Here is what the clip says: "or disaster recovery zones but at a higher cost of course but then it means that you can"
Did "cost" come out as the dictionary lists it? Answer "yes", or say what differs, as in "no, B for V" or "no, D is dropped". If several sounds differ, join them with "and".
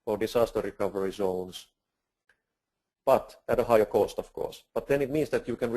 yes